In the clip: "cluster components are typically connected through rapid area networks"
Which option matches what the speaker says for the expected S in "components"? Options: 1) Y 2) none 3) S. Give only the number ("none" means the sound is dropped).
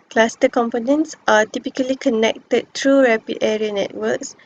3